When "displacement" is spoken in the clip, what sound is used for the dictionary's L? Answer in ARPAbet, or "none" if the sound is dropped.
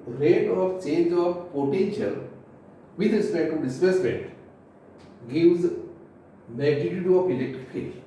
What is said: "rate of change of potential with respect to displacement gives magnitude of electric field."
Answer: none